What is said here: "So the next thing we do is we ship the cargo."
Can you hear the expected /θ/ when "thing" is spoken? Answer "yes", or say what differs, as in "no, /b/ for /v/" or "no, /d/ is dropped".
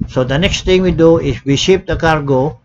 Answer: no, /t/ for /θ/